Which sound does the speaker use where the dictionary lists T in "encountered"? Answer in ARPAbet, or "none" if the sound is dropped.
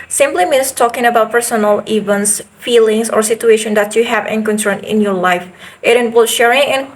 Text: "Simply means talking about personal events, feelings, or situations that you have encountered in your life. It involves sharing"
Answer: S